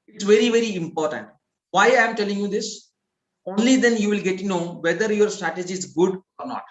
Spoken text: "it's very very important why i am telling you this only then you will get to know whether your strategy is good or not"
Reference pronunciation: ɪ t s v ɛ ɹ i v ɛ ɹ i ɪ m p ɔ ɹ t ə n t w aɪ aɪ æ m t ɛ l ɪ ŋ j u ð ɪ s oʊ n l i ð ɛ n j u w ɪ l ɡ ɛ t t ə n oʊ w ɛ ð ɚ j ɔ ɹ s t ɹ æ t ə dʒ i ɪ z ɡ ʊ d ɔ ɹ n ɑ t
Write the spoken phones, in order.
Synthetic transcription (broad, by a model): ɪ t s v ɛ ɹ i v ɛ ɹ i ɪ m p ɔ ɹ t ə n t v aɪ aɪ m t ɛ l ɪ ŋ j u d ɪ s oʊ n l i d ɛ n j u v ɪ l ɡ ɛ t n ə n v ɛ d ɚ j ɔ ɹ s t ɹ æ t ə dʒ i ɪ z ɡ ʊ d ɔ ɹ n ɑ t